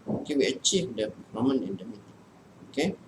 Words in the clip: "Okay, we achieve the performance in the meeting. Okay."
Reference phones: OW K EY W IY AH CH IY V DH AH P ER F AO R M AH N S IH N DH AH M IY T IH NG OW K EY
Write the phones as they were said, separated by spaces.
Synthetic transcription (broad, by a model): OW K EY W IY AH CH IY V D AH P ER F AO M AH N IH N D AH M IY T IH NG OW K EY